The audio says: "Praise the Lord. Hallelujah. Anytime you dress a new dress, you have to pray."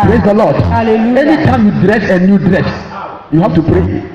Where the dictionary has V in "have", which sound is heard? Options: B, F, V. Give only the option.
F